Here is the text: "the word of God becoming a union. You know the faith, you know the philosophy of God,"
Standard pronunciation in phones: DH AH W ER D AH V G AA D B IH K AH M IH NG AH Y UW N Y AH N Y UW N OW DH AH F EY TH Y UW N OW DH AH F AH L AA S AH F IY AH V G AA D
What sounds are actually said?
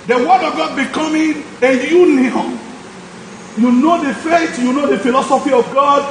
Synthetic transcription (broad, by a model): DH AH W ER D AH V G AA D B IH K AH M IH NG AH Y UW N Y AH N Y UW N OW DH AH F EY T Y UW N OW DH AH F AH L AA S AH F IY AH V G AA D